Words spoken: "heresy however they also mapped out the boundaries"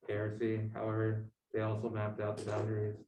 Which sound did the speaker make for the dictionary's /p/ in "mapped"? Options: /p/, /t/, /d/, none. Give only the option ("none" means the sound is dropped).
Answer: /p/